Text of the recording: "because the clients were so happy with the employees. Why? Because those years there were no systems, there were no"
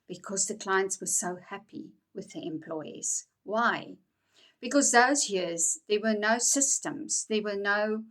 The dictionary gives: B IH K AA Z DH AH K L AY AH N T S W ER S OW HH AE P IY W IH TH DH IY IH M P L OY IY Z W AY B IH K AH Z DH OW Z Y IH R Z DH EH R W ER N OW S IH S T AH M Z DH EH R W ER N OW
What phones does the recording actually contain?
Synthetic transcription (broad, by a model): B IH K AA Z DH AH K L AY AH N T S W ER S OW HH AE P IY W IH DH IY IH M P L OY IY Z W AY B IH K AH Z DH OW Z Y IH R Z DH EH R W ER N OW S IH S T AH M Z DH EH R W ER N OW